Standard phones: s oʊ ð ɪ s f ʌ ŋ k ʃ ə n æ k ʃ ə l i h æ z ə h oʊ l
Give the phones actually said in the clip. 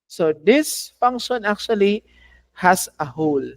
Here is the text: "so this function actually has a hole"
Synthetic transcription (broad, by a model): s oʊ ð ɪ s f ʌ ŋ k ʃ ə n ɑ k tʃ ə l i h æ s ə h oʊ l